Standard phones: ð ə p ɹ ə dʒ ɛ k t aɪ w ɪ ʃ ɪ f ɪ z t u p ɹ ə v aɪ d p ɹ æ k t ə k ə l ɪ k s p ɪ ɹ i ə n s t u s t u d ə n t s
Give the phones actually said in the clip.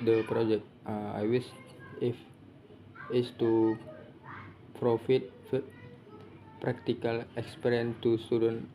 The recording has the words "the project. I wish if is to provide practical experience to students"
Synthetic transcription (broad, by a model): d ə p ɹ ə dʒ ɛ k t aɪ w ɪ s ɪ f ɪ s t u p ɹ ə f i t p ɹ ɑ k t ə k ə l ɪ k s p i ɹ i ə n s t u s t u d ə n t